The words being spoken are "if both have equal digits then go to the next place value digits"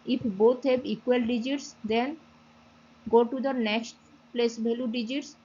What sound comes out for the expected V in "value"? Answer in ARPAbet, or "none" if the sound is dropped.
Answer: B